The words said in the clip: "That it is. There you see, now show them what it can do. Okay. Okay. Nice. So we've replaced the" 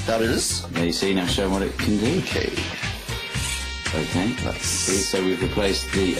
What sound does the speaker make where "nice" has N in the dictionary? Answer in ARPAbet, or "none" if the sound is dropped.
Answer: L